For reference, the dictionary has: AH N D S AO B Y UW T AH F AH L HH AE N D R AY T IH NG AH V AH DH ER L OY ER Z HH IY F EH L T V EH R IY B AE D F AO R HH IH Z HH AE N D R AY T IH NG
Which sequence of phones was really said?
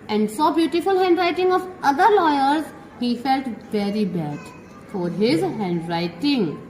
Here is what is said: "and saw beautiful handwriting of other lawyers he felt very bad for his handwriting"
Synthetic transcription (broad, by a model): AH N D S AO B Y UW T AH F AH L HH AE N D R AY T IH NG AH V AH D ER L OY ER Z HH IY F EH L T V EH R IY B AE D F AO R HH IH Z HH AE N D R AY T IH NG